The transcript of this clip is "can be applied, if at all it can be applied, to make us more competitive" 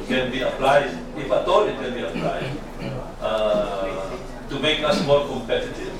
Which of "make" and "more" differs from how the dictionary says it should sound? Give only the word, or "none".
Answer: more